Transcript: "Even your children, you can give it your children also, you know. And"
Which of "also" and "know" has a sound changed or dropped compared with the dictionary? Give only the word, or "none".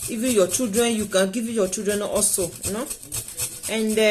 also